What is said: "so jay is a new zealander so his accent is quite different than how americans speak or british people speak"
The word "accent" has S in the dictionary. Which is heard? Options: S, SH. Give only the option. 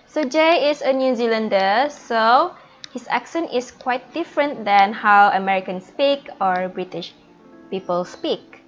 SH